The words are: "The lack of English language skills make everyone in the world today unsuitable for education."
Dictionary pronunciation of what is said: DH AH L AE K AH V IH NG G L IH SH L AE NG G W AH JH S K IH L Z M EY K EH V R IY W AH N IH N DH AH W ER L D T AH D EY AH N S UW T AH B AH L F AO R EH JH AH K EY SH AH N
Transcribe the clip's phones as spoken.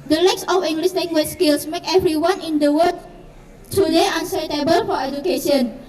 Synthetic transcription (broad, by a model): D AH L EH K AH F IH NG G L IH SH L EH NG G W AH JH S K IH L S M EY K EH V R IY W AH N IH N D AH W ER D T AH D EY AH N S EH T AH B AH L F AO R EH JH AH K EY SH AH N